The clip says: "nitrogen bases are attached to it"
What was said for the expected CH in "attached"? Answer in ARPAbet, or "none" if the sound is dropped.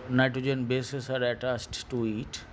S